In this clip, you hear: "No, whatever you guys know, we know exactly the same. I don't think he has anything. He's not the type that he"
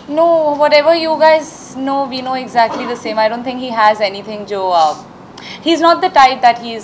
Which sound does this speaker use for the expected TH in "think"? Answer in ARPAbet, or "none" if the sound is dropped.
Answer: T